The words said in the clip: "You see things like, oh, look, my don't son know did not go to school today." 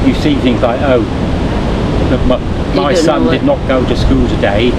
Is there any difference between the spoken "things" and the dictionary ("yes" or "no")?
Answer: no